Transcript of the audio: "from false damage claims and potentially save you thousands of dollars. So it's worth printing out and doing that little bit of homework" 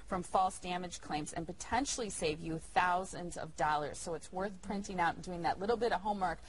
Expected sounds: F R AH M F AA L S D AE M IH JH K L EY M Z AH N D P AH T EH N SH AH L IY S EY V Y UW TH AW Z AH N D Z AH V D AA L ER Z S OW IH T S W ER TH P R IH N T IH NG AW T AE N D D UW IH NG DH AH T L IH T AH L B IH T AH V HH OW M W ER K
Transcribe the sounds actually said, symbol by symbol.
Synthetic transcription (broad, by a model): F R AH M F AA L S D AE M IH JH K L EY M Z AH N P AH T EH N SH L IY S EY V Y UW TH AW Z AH N D Z AH V D AA L ER Z S OW IH T S W ER TH P R IH N T IH NG AW T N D D UW IH NG DH AH T L IH T L B IH T AH V HH OW M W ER K